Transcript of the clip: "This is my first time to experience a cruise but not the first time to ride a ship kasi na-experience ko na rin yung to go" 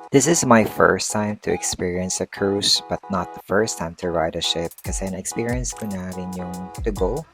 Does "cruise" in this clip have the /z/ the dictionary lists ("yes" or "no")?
no